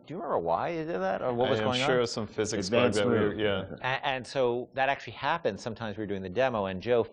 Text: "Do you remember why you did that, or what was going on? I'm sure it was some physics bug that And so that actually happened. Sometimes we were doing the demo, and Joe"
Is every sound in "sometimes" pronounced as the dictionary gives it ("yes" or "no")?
yes